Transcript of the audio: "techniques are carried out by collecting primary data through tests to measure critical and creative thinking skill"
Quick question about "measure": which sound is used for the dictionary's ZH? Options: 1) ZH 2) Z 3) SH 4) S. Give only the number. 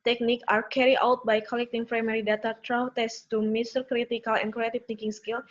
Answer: 4